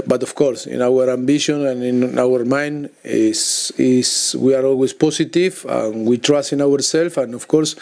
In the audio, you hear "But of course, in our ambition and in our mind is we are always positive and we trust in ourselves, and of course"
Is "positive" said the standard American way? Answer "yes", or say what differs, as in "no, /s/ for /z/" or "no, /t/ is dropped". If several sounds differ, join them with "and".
no, /s/ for /z/